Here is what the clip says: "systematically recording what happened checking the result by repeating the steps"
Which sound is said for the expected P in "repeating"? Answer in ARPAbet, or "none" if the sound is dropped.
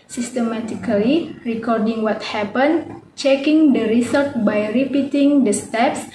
P